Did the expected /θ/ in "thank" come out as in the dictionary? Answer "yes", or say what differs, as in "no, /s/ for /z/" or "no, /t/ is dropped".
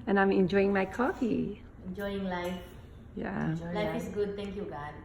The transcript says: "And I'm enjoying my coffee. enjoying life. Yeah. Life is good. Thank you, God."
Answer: no, /t/ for /θ/